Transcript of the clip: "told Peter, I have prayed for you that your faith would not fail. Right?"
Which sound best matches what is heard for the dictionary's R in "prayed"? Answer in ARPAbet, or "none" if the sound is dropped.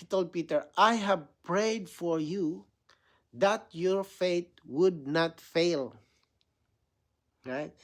R